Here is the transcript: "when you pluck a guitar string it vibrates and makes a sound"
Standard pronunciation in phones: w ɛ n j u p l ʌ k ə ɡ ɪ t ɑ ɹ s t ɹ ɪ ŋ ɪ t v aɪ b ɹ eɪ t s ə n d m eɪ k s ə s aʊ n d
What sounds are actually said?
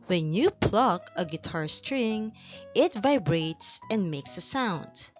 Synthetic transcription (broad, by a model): w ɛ n j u p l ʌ k ə ɡ ɪ t ɑ ɹ s t ɹ ɪ ŋ ɪ t v aɪ b ɹ eɪ t s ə n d m eɪ k s ə s aʊ n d